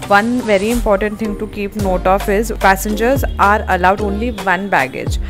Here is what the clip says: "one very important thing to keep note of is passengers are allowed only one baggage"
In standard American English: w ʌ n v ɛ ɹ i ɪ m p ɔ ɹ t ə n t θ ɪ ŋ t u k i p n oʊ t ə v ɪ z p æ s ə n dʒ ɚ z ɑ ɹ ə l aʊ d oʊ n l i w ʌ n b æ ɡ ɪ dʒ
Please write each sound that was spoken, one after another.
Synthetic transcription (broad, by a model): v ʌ n v ɛ ɹ i ɪ m p ɔ ɹ t ə n t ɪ ŋ t u k i p n oʊ t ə f ɪ z p æ s ə n dʒ ɚ z ɑ ɹ ə l aʊ d oʊ n l i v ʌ n b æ ɡ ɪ dʒ